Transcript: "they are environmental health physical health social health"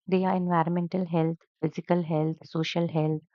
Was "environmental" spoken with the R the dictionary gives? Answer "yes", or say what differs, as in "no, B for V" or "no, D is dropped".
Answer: yes